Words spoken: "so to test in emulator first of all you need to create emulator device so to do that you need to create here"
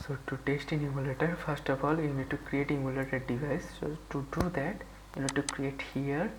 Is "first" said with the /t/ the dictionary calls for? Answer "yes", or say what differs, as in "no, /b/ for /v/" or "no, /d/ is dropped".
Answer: yes